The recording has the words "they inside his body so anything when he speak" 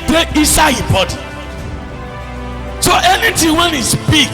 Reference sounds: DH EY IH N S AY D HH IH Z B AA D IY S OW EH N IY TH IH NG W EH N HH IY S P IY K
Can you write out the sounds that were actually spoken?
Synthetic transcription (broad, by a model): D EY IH S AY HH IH B AA D IY S OW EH N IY T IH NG W EH N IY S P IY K